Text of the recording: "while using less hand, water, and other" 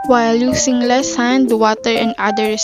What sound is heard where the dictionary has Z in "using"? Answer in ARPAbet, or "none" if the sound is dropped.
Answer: S